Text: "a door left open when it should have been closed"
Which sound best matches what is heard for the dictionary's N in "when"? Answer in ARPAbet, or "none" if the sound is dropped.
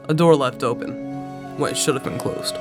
none